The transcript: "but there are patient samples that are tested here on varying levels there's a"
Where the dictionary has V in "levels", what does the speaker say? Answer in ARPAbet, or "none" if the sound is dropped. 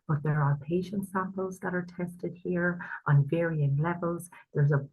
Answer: V